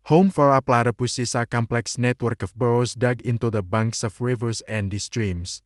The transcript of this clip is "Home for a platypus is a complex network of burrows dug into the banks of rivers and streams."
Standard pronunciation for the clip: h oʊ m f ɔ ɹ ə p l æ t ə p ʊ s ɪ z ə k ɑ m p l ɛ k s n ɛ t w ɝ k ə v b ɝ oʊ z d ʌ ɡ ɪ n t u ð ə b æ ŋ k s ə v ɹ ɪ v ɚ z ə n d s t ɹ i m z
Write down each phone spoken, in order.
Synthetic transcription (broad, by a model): h oʊ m f ɔ ɹ ə p l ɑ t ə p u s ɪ s ə k ɑ m p l ɛ k s n ɛ t w ɝ k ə f b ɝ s d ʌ ɡ ɪ n t u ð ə b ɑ ŋ k s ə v ɹ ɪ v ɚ s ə n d s t ɹ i m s